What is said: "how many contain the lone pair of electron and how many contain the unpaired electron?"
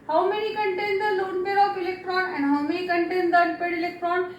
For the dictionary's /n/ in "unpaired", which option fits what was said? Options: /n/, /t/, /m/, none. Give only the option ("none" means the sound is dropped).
none